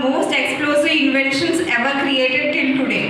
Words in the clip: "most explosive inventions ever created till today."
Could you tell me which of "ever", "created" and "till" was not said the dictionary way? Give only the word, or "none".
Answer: till